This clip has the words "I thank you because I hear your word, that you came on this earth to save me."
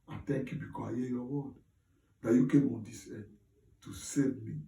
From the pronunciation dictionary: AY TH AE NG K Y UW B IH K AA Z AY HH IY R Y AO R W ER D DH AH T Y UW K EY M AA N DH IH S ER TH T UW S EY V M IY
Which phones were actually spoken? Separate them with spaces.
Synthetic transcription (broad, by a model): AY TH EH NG K Y UW B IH K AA S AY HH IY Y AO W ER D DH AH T Y UW K EY M AA N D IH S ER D T UW S EY V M IY